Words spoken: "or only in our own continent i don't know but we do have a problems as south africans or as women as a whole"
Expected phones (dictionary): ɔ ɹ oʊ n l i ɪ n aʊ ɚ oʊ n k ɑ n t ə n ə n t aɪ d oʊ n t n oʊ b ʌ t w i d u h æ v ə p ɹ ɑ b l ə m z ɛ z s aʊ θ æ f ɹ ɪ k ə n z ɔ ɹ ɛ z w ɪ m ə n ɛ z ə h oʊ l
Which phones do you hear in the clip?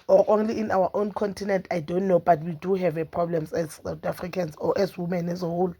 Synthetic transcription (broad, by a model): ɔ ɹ oʊ n l i ɪ n aʊ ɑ oʊ n k ɑ n t ə n ə n t aɪ d oʊ n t n oʊ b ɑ t w i d u h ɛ v ə p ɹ ɑ b l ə m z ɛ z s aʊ t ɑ f ɹ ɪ k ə n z ɔ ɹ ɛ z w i m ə n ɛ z ə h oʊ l